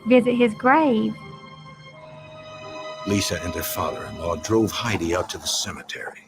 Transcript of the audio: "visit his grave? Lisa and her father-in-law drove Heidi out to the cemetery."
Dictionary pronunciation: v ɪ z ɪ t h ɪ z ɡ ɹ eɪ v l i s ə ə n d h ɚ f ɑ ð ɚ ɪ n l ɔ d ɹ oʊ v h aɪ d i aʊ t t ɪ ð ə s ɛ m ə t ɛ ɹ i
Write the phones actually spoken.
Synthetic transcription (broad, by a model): v ɪ z ɪ t h ɪ z ɡ ɹ eɪ v l i s ə ə n d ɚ f ɑ ð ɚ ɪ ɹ l ɔ d ɹ oʊ v h aɪ d i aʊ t t ɪ ð ə s ɛ m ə t ɛ ɹ i